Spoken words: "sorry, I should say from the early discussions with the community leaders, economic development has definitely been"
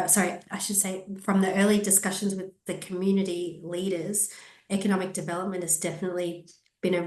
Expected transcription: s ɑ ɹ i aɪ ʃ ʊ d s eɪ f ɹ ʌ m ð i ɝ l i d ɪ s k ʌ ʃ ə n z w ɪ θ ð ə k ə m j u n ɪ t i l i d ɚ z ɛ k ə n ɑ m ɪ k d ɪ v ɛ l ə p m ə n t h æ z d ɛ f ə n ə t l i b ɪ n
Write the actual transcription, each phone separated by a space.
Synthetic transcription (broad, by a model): s ɑ ɹ i aɪ ʃ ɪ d s eɪ f ɹ ʌ m ð i ɝ l i d ɪ s k ʌ ʃ ə n z w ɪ ð ə k ə m j u n ɪ t i l i d ɚ z ɛ k ə n ɑ m ɪ k d ɪ v ɛ l ə p m ə n t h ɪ z d ɛ f ə n ə t l i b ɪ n